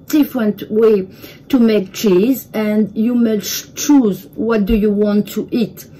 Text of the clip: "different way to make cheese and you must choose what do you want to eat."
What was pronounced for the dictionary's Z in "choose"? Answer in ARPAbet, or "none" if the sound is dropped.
Z